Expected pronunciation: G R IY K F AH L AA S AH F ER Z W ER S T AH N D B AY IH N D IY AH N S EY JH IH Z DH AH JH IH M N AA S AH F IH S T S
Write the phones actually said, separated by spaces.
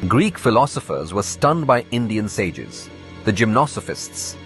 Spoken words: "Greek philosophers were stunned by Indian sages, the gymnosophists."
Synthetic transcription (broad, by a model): G R IY K F AH L AA S AH F ER Z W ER S T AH N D B AY IH N D IY AH N S EY JH IH Z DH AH JH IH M N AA S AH F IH S T S